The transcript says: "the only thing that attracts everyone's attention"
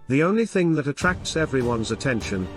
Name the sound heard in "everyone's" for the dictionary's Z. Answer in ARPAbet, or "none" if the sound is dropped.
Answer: Z